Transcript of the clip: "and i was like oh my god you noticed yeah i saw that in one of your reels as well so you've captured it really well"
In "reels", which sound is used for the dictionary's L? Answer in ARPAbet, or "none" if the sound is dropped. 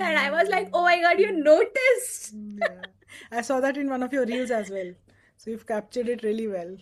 L